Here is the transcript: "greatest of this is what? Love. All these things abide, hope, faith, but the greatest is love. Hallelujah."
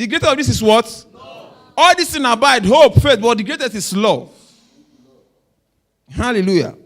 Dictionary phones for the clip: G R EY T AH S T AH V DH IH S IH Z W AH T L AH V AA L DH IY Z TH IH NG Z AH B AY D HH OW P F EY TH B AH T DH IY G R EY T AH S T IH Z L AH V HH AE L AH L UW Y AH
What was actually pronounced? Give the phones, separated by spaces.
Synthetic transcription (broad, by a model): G R EY T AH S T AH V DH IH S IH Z W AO T AA L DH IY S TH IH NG AH B AY D HH OW P F EY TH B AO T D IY G R EY T AH S T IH S L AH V HH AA L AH L UW Y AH